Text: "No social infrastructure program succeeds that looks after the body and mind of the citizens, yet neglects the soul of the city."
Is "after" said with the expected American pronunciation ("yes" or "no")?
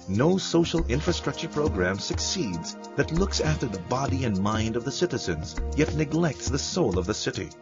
yes